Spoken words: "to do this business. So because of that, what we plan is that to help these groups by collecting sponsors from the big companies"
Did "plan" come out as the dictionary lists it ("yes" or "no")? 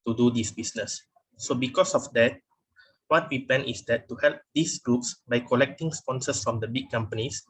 no